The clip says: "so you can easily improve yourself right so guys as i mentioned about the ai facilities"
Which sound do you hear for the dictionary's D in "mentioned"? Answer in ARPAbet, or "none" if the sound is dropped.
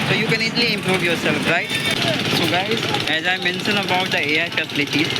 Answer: none